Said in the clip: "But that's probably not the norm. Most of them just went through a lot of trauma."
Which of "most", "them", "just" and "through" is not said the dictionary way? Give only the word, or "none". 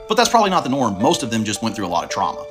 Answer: none